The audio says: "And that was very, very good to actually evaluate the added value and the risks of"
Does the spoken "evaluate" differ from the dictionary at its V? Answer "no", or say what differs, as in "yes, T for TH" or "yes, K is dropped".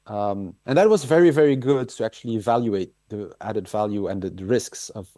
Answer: no